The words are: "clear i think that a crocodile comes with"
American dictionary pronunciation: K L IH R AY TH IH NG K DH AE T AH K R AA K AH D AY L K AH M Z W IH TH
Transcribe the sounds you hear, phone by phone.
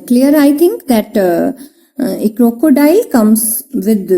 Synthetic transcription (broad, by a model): K L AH R AY T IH NG K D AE T AH K R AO K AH D AY L K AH M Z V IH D